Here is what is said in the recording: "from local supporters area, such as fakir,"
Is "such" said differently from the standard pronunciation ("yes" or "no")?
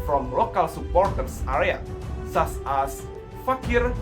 yes